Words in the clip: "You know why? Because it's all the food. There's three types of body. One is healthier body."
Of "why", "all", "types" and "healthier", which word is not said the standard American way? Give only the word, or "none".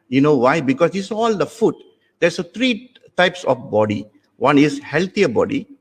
healthier